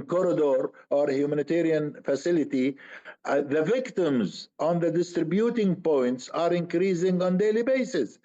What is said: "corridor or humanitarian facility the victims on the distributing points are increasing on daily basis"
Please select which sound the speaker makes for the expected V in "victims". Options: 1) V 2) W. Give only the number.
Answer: 1